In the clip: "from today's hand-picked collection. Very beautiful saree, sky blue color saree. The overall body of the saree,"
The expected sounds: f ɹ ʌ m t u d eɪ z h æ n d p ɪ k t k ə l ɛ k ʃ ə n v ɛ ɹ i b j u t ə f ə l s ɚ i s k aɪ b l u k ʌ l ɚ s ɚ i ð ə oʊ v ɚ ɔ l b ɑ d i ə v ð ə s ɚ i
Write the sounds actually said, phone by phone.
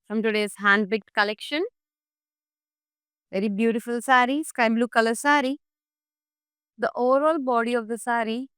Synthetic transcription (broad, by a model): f ɹ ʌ m t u d eɪ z h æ n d b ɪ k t k ə l ɛ k ʃ ə n v ɛ ɹ i b j u t ə f ə l s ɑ i s k aɪ b l u k ʌ l ɚ s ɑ i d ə oʊ v ɚ ɔ l b ɑ d i ə v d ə s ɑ i